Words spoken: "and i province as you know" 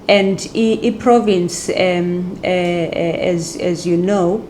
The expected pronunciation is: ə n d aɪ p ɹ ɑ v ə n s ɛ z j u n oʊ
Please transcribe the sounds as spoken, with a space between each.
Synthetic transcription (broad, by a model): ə n d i p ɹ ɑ v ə n s ɛ z j u n oʊ